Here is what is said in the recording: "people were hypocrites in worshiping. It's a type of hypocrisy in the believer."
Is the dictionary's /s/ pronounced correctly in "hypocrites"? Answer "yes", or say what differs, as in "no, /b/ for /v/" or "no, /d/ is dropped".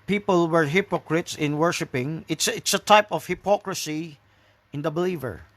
yes